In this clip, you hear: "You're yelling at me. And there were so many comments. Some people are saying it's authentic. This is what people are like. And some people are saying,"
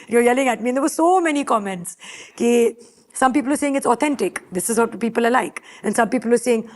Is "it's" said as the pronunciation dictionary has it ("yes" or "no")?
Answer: yes